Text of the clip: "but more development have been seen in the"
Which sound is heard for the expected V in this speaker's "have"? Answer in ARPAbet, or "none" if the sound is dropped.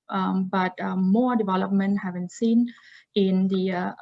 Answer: V